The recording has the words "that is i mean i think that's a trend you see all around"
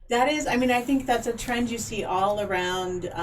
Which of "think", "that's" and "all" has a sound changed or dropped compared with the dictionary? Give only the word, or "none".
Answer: none